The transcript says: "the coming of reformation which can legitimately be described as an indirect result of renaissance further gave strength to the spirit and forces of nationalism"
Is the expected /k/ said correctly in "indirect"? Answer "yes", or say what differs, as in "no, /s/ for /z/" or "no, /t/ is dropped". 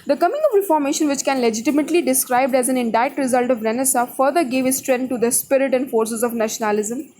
no, /k/ is dropped